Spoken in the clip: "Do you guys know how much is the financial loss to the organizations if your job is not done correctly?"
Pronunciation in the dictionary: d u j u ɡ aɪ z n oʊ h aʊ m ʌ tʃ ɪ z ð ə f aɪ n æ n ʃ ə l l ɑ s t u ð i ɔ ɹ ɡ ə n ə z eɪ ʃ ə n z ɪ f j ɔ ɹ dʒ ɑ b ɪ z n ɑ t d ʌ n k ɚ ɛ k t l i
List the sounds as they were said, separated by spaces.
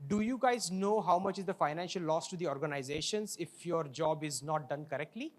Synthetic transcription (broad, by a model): d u j u ɡ aɪ z n oʊ h aʊ m ʌ tʃ ɪ z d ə f aɪ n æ n ʃ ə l l ɑ s t u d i ɔ ɹ ɡ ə n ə z eɪ ʃ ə n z ɪ f j ɔ ɹ dʒ ɑ b ɪ z n ɑ t d ʌ n k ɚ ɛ k t l i